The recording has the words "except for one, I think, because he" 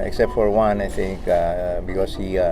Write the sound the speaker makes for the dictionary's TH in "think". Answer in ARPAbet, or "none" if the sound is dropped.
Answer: T